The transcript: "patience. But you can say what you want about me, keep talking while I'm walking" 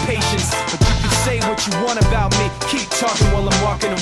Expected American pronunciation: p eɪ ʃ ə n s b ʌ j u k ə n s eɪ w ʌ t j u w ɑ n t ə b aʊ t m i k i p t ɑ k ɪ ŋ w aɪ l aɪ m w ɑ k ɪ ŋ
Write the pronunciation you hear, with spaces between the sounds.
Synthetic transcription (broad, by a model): p eɪ ʃ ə n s b ʌ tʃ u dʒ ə s eɪ w ʌ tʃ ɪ w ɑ t ə b aʊ t m i k i p t ɑ k ɪ ŋ w aɪ l aɪ m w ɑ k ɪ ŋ